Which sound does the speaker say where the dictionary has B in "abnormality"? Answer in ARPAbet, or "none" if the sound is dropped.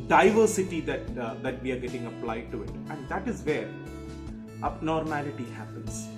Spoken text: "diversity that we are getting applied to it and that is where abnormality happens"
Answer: none